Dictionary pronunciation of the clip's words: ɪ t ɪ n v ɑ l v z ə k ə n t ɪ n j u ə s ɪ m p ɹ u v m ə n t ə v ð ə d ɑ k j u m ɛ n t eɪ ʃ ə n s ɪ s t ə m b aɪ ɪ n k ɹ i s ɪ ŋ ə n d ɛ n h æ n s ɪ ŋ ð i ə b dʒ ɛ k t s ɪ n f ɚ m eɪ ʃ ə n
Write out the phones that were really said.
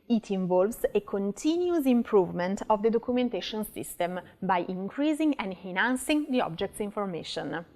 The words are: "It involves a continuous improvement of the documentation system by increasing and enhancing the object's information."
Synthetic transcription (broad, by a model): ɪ t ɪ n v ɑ l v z ə k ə n t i n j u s ɪ m p ɹ u v m ə n t ə v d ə d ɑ k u m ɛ n t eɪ ʃ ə n s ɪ s t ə m b aɪ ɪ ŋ k ɹ i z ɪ ŋ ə n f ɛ n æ n s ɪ ŋ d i ə b dʒ ɛ k t s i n f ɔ m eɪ ʃ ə n